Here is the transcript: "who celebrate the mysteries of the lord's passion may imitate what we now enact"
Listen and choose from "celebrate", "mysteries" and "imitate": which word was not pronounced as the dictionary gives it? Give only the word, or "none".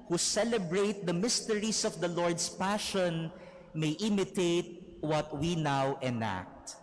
mysteries